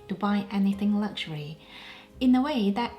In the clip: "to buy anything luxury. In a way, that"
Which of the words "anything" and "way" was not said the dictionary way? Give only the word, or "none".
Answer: none